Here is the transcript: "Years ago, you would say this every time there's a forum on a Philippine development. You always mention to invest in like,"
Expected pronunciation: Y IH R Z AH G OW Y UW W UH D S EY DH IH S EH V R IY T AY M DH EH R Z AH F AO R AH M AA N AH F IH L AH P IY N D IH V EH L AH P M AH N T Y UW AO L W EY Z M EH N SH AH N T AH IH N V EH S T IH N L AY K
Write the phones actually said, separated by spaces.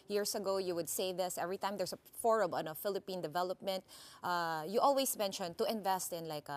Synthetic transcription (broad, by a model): Y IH R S AH G OW Y UW W UH D S EY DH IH S EH V R IY T AY M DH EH R S AH F AO R AH M AA N AH F IH L AH P IY N D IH V EH L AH P M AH N T Y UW AO L W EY S M EH N SH AH N T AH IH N V EH S T IH N L AY K